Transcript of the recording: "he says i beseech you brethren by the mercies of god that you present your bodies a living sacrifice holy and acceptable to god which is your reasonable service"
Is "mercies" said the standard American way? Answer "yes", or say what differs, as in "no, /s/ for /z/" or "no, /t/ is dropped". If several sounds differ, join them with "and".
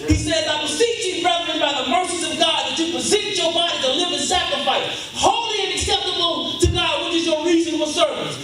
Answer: yes